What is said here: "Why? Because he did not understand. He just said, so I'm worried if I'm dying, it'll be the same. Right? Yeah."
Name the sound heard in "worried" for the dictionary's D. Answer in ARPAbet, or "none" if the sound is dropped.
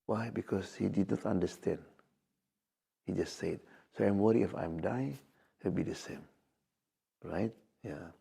none